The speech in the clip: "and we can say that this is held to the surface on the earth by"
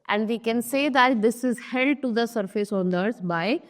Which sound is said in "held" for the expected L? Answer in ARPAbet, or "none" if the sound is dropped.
none